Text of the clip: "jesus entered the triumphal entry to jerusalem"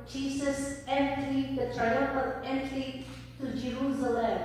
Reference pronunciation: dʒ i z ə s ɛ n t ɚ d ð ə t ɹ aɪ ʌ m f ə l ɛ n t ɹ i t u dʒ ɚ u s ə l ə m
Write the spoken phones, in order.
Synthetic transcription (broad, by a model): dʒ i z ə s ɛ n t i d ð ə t ɹ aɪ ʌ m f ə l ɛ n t l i t u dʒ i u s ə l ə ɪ